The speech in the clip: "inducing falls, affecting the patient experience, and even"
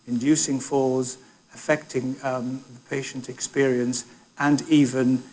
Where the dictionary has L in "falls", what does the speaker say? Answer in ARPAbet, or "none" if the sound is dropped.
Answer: none